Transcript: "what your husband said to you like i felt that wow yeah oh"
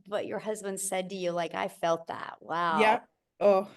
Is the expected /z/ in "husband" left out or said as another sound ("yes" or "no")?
no